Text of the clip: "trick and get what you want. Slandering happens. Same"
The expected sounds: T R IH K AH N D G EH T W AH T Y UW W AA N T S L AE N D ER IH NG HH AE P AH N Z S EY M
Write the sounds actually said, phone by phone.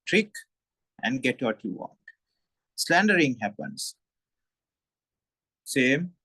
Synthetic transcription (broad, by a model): T R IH K AH N D G EH T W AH T Y UW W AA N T S L AE N D ER IH NG HH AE P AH N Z S EY M